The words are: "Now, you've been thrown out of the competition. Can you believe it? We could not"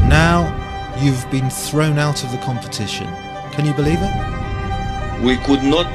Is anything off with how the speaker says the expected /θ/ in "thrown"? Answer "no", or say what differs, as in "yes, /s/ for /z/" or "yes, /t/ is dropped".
no